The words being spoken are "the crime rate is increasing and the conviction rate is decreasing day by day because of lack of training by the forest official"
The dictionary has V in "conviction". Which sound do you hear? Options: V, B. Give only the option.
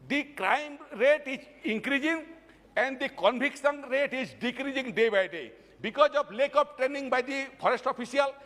B